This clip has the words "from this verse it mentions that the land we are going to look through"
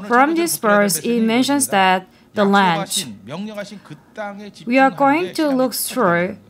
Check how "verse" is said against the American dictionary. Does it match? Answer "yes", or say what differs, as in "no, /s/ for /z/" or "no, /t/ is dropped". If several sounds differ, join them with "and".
no, /p/ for /v/